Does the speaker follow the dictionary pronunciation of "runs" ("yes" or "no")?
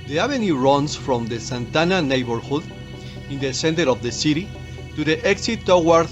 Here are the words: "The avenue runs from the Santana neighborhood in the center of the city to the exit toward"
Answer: no